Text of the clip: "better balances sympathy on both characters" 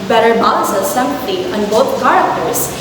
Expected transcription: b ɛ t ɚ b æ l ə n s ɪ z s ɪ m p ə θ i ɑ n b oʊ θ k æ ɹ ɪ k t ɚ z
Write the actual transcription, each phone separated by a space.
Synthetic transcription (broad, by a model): b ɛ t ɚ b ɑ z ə s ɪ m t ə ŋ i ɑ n b oʊ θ k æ ɹ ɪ k t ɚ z